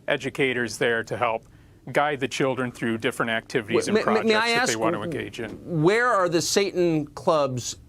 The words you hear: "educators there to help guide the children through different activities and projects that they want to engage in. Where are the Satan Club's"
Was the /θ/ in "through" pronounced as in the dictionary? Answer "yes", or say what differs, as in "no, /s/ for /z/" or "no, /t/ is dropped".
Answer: yes